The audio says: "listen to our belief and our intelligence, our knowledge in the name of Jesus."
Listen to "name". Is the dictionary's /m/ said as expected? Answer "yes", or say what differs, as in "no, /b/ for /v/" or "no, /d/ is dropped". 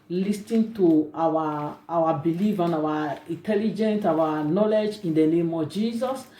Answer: yes